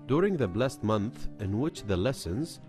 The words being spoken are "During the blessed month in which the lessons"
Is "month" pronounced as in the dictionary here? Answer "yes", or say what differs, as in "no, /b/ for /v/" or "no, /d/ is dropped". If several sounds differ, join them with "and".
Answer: yes